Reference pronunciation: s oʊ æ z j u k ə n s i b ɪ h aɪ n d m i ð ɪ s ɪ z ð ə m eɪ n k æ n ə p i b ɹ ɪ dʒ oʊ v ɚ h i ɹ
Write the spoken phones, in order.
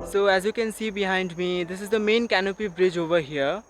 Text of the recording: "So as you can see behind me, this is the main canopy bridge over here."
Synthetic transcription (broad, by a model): s oʊ æ z j u k ə n s i b ɪ h aɪ n d m i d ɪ s ɪ z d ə m eɪ n k æ n ə p i b ɹ ɪ dʒ oʊ v ɚ h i ɹ